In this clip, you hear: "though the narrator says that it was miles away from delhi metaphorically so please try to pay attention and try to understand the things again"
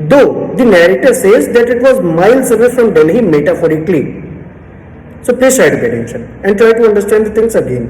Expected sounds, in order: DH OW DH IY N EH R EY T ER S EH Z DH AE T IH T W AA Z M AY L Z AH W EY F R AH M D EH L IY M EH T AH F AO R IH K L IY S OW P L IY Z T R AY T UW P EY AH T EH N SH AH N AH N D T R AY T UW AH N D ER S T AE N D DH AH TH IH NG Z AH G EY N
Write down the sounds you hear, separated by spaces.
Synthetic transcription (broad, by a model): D OW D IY N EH R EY T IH S EH Z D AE T IH T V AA Z M AY L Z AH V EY F R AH M D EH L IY M EH T AH F AO R IH K L IY S OW P L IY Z T R AY T UW B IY AH T EH N SH AH N AH N D T R AY T UW AH N D ER S T AE N D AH T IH NG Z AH G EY N